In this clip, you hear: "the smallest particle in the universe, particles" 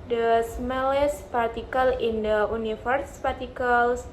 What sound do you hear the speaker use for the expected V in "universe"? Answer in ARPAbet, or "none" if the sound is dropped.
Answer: F